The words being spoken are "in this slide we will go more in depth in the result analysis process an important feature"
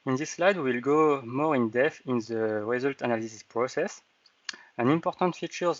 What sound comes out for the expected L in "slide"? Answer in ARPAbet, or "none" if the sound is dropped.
L